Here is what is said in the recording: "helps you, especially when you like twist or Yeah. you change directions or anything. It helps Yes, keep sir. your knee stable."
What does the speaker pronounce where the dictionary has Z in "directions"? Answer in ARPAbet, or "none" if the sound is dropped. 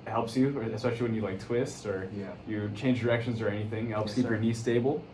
Z